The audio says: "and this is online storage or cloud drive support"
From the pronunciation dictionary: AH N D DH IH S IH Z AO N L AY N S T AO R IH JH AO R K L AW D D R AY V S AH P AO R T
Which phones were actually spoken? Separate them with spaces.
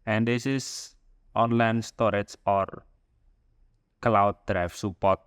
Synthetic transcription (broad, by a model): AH N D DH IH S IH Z AO N L AY N S T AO R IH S AO R K L AW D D R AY F S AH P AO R T